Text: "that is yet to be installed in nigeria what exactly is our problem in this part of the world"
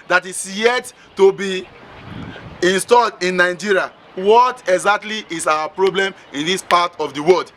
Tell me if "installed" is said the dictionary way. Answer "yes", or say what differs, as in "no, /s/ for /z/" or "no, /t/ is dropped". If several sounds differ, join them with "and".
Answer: yes